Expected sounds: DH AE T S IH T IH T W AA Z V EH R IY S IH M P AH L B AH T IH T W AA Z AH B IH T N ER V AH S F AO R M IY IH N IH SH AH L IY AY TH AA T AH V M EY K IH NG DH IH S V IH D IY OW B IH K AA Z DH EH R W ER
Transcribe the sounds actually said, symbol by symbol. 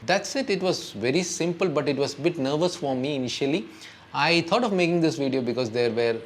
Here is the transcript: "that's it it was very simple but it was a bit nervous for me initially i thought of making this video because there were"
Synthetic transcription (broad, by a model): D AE T S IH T IH T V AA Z V EH R IY S IH M P AH L B AH T IH T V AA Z AH B IH T N ER V AH S F AO R M IY IH N IH SH AH L IY AY T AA T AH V M EY K IH NG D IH S V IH D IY OW B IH K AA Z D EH R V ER